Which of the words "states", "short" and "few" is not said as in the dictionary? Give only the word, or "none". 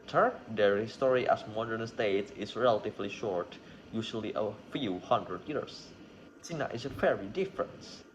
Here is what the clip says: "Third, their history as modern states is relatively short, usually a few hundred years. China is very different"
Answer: none